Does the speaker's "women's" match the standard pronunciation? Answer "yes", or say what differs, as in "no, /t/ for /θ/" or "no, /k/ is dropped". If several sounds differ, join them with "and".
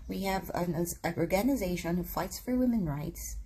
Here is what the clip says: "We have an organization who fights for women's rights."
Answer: no, /z/ is dropped